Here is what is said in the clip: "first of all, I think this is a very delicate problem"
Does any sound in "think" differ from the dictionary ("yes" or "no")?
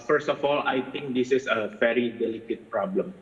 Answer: yes